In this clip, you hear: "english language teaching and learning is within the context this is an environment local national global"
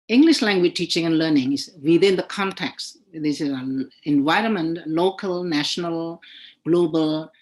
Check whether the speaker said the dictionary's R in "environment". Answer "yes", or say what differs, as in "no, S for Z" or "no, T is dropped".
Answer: yes